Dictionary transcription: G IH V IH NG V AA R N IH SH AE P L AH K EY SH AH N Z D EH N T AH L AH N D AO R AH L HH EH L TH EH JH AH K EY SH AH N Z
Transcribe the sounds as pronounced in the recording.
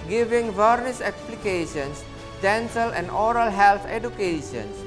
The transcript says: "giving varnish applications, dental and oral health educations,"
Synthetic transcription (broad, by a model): G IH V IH NG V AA R N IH S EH P L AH K EY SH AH N S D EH N S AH L AH N D AO R AH L HH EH L T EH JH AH K EY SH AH N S